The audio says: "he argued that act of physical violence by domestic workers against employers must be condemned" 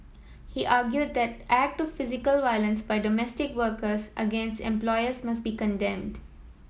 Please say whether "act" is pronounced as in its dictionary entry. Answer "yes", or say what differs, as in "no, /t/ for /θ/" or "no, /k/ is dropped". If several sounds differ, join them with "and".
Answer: yes